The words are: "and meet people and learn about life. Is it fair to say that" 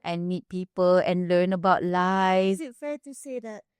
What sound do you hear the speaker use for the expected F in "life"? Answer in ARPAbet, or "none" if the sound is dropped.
none